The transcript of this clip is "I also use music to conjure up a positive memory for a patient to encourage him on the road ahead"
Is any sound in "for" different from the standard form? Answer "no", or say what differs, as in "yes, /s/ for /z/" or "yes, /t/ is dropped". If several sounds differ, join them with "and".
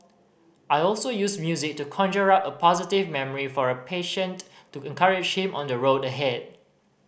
no